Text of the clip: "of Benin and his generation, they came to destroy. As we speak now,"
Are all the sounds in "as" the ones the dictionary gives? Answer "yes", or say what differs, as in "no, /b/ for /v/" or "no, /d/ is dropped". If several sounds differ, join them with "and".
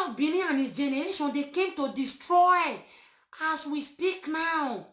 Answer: no, /s/ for /z/